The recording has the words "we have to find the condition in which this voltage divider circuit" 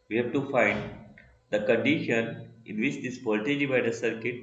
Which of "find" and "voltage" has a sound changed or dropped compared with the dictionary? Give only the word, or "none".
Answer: voltage